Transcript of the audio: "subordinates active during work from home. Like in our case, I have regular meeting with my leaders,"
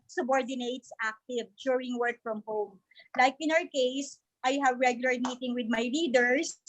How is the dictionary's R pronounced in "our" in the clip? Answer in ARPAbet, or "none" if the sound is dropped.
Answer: R